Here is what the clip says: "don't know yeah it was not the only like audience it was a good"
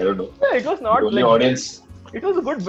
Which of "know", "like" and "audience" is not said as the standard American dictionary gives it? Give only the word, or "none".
like